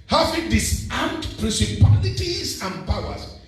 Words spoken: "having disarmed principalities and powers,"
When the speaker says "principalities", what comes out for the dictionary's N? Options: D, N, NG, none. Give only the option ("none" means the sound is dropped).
none